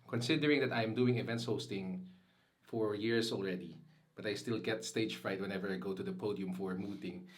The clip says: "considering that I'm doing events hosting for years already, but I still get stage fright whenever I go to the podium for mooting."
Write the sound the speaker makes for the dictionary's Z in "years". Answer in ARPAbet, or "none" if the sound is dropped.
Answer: S